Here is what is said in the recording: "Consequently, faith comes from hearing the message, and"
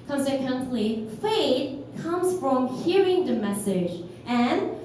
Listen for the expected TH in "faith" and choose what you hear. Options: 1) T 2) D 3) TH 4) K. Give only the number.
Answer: 1